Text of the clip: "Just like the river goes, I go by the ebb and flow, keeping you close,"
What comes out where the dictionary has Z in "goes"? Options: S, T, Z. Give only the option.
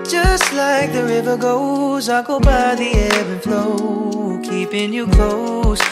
Z